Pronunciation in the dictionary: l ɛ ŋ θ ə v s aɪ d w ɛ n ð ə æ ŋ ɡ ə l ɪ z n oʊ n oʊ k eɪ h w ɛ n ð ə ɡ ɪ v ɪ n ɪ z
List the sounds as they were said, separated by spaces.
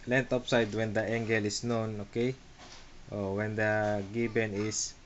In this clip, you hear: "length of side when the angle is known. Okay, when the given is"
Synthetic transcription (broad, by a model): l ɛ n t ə p s aɪ d w ɛ n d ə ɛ ŋ ɡ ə l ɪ s n oʊ n oʊ k eɪ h w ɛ n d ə ɡ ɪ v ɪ n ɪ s